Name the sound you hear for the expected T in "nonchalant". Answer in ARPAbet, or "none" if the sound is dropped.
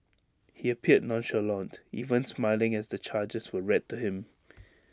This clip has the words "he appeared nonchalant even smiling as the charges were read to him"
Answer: T